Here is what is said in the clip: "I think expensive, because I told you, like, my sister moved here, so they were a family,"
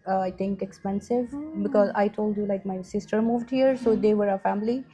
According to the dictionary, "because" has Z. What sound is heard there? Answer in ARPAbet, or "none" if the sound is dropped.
Z